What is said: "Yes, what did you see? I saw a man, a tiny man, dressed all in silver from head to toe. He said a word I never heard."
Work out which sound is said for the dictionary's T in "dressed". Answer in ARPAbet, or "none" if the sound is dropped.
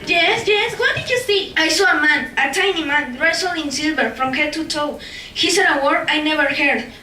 none